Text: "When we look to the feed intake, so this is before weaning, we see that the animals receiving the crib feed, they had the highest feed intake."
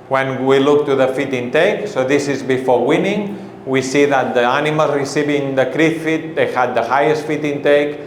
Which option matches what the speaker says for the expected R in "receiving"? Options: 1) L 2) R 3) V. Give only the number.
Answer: 2